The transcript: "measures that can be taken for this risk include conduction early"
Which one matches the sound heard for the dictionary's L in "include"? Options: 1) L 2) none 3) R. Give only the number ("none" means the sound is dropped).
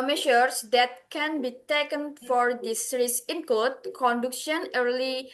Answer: 2